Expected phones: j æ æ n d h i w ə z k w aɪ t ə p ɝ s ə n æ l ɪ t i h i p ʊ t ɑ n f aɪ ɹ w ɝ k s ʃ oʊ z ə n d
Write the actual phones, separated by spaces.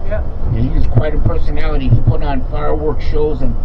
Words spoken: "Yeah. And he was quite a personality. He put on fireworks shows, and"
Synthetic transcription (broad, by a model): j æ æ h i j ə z k w aɪ t ə p ɝ s ə n æ l ɪ t i h i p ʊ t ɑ n f aɪ ɹ w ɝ k ʃ oʊ z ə n